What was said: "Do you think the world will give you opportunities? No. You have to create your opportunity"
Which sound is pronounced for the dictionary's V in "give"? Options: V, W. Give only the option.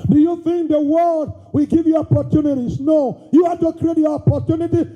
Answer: V